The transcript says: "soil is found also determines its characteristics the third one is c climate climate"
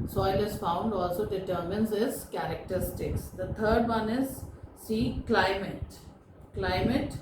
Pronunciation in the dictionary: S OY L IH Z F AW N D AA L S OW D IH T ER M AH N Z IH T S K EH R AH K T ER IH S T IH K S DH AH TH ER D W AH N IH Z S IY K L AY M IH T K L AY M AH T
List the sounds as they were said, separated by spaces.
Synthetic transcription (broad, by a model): S OY L IH Z F AW N D AA L S OW D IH T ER M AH N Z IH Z K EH R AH K T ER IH S T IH K S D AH T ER D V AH N IH Z S IY K L AY M IH T K L AY M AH T